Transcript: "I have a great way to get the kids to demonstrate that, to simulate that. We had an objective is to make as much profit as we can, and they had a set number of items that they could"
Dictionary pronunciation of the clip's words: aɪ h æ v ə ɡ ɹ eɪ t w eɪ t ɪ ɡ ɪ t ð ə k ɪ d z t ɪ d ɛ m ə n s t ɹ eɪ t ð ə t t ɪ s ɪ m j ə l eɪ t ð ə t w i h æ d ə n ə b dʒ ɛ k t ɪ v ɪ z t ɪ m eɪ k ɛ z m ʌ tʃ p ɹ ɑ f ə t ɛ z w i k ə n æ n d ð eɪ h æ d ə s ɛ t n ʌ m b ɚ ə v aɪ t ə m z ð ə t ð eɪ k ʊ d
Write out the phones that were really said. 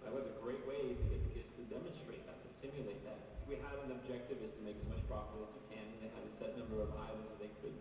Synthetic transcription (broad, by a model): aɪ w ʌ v ə ɡ ɹ eɪ t w eɪ ɪ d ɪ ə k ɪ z t ɪ d ɛ m ə n s t ɹ eɪ t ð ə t t ɪ s ɪ m j ə l eɪ t ð ə t w i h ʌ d ə n ə b dʒ ɛ k t ɪ v ɪ z t ɪ m eɪ k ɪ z m ʌ tʃ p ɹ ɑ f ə ʌ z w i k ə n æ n ð eɪ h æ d ə s ɛ t n ʌ m b ɚ ə v aɪ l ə z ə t ð eɪ k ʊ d